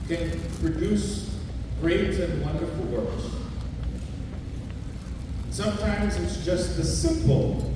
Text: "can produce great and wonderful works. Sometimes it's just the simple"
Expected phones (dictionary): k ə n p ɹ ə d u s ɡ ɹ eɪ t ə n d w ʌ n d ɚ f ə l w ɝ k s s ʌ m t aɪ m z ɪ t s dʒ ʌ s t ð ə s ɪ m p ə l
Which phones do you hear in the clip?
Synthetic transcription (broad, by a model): k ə n p ɹ ə d u s ɡ ɹ eɪ t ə n w ʌ n d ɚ f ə l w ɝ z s s ʌ m t aɪ m z ɪ t s dʒ ʌ s t ð ə s ɪ m p l